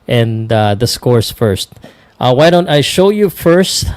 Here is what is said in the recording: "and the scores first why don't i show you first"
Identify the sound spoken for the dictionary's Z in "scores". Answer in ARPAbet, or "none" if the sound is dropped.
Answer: S